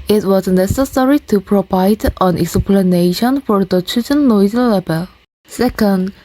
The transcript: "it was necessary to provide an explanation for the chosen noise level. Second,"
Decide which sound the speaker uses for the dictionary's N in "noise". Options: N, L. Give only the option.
L